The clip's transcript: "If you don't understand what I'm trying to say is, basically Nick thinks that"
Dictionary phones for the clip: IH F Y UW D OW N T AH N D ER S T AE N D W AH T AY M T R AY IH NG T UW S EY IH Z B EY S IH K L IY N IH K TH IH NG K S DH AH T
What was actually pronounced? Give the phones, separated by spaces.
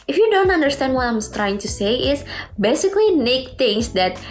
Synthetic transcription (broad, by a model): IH F Y UW D OW N T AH N D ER S T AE N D W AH T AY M T R AY IH NG T UW S EY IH S B EY S IH K L IY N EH K T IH NG S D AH T